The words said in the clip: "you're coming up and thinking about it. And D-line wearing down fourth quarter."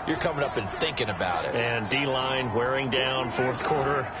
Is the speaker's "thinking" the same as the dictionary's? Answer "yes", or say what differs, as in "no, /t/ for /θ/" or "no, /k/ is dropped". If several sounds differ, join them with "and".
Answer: yes